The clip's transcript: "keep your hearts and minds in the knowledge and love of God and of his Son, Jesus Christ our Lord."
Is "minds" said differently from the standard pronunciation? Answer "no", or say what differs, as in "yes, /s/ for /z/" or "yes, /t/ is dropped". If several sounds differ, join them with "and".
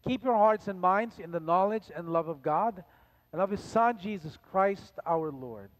no